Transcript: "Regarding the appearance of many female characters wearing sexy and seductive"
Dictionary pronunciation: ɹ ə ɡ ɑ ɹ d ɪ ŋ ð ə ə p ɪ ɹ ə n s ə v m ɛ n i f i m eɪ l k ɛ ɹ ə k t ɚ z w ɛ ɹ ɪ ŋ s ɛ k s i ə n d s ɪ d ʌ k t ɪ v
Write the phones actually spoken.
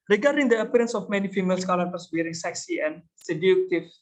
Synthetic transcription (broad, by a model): ɹ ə ɡ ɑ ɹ d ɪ ŋ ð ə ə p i ɹ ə n s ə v m ɛ n i f i m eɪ l k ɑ l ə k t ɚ s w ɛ ɹ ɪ ŋ s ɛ k s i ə n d s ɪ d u k t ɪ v